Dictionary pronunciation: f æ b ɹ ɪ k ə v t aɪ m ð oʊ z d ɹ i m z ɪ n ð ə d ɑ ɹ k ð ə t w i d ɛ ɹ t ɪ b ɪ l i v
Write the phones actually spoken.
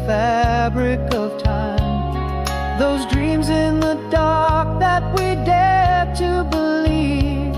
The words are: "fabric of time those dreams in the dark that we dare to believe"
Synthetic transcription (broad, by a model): f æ b ɹ ɪ k ə v t aɪ m ð oʊ z d ɹ i m z ɪ n ð ə d ɑ ɹ k ð ə t w i d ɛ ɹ t ɪ b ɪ l i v